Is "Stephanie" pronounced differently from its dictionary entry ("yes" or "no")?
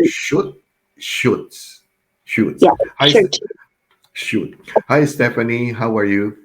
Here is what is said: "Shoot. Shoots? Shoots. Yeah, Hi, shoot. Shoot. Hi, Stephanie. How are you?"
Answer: no